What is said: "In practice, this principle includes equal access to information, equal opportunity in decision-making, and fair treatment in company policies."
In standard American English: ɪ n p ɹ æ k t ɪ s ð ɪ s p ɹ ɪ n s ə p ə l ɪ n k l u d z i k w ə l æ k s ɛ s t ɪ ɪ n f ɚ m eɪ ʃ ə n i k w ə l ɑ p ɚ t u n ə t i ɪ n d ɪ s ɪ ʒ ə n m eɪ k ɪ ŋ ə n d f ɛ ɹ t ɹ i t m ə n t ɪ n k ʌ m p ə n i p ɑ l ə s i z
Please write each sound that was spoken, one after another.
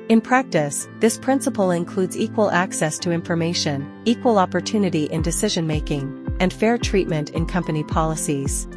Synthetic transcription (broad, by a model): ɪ n p ɹ æ k t ɪ s ð ɪ s p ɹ ɪ n s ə p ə l ɪ n k l u d z i k w ə l æ k s ɛ s t ɪ ɪ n f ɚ m eɪ ʃ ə n i k w ə l ɑ p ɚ t u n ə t i ɪ n d ɪ s ɪ ʒ ə n m eɪ k ɪ ŋ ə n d f ɛ ɹ t ɹ i t m ə n t ɪ n k ʌ m p ə n i p ɑ l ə s i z